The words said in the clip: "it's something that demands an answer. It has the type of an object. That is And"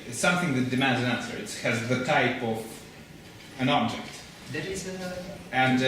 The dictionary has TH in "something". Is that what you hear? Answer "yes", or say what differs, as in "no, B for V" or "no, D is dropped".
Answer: yes